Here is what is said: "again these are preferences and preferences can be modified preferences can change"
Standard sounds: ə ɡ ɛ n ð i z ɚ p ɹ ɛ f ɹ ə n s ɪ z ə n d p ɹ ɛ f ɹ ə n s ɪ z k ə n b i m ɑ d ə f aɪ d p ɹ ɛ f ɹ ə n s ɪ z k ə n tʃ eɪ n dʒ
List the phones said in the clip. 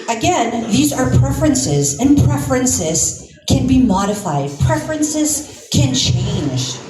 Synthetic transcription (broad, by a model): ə ɡ ɛ n ð i z ɚ p ɹ ɛ f ɹ ə n s ɪ z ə n p ɹ ɛ f ɹ ə n s ɪ z k ə n b i m ɑ d ə f aɪ d p ɹ ɛ f ɹ ə n s ɪ z k ə n tʃ eɪ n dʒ